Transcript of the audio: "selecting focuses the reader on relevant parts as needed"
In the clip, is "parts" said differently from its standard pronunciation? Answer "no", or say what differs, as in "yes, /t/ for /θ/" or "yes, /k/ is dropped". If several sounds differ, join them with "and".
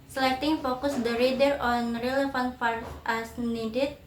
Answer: yes, /f/ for /p/ and /s/ is dropped